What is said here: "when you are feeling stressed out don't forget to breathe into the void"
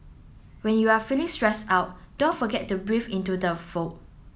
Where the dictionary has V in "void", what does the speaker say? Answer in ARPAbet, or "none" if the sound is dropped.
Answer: F